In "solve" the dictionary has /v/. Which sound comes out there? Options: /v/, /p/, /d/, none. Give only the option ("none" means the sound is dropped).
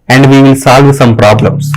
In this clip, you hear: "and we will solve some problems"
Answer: /v/